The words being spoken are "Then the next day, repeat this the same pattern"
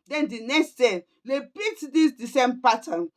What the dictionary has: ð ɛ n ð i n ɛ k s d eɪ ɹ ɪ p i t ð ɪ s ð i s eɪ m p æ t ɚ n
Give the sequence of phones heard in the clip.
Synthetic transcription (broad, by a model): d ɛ n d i n ɛ k s d eɪ l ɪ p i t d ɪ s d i s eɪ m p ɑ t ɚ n